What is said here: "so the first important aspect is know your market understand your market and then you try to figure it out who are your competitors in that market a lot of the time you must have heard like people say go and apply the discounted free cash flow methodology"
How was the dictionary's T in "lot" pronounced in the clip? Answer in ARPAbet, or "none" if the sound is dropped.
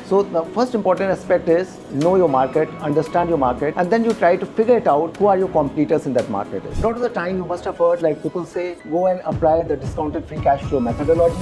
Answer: none